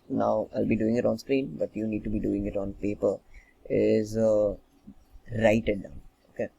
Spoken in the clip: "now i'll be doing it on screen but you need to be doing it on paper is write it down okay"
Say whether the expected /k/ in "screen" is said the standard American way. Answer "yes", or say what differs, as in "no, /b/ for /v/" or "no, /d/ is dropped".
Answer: yes